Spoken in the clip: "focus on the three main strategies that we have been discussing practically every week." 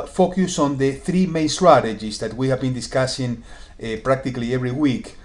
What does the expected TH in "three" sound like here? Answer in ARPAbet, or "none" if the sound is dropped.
TH